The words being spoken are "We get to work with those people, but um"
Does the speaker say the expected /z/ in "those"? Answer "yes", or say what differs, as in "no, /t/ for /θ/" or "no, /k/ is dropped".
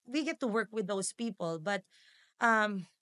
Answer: no, /s/ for /z/